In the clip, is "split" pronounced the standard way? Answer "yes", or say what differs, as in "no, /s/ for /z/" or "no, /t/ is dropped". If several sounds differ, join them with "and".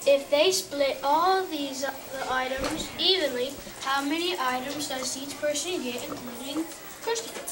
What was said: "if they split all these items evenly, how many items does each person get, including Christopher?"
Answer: yes